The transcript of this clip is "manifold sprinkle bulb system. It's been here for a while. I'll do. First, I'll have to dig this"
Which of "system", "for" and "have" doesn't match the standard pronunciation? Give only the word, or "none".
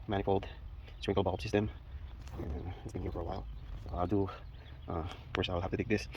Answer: have